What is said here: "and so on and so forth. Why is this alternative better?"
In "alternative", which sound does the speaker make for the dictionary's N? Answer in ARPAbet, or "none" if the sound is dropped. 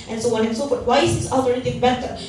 none